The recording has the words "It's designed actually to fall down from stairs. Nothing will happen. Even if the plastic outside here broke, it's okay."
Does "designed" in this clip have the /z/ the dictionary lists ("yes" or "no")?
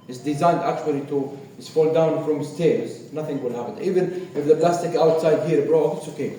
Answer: yes